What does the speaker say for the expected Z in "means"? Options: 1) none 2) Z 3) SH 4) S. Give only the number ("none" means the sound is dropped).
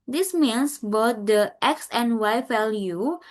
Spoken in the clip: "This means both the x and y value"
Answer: 4